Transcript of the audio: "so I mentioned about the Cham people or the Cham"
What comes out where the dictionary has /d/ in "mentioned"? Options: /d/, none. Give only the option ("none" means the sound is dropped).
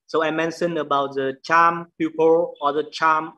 none